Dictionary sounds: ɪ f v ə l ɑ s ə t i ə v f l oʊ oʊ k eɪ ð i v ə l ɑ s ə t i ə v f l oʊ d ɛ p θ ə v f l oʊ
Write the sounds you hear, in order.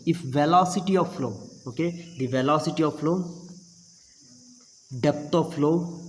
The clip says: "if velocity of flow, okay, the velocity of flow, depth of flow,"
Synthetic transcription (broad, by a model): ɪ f v ə l ɑ s ə t i ə v f l oʊ oʊ k eɪ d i v ə l ɑ s ə t i ə v f l oʊ d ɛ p t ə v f l oʊ